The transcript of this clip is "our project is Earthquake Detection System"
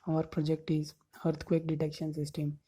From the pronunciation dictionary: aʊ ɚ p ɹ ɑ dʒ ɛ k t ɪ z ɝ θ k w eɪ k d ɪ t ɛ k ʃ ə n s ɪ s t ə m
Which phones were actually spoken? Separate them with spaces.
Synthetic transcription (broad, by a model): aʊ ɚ p ɹ ɑ dʒ ɛ k t ɪ z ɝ t k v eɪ k d ɪ t ɛ k ʃ ə n s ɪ s t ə m